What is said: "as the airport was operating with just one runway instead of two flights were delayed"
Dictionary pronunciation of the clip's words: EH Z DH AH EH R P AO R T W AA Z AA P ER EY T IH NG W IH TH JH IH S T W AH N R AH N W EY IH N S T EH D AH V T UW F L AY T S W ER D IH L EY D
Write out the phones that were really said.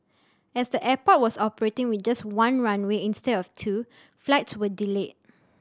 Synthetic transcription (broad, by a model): EH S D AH EH P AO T W AA S AA P ER EY T IH NG W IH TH JH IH S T W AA N R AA N W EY IH N S T EH D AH F T UW F L AY T S W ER D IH L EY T